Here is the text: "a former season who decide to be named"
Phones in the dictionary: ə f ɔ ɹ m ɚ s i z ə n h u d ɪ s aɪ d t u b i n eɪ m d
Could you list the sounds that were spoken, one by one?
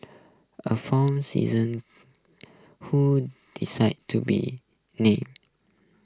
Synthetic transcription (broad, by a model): ə f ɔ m s i z ə n h u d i s aɪ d t u b i n eɪ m